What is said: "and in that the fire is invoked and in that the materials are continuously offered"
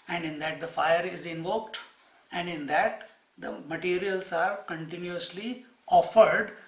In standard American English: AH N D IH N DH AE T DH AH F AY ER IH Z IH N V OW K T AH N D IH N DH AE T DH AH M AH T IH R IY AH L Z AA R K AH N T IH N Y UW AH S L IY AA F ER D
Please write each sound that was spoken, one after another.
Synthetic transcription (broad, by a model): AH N D IH N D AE T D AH F AY ER IH Z IH N V OW K T AH N D IH N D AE T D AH M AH T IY R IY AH L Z AA R K AH N T IH N Y UW AH S L IY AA F ER D